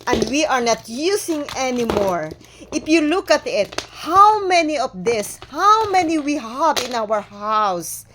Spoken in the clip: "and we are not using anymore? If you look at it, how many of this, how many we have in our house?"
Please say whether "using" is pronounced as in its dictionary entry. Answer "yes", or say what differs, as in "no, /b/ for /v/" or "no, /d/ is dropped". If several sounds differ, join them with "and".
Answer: no, /s/ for /z/